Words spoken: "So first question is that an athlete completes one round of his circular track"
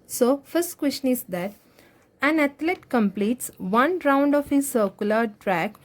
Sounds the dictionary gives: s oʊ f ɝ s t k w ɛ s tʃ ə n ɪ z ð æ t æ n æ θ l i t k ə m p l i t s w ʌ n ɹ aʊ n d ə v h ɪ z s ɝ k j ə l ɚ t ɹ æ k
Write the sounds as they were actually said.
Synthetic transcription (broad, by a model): s oʊ f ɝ s t k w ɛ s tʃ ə n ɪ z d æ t æ n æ t l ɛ t k ə m p l i t s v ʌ n ɹ aʊ n d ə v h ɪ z s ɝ k j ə l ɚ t ɹ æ k